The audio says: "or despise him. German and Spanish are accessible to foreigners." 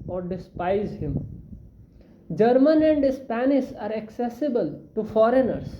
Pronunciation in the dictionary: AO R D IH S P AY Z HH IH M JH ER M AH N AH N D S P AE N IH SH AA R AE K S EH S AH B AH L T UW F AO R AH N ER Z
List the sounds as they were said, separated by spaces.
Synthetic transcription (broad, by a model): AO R D IH S P AY Z HH IH M JH ER M AH N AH N D S P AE N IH S AA R AE K S EH S AH B AH L T UW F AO R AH N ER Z